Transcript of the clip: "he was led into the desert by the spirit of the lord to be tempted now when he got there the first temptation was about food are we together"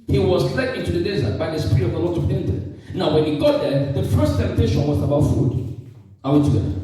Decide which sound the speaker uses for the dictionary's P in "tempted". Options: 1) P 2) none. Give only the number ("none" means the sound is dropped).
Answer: 2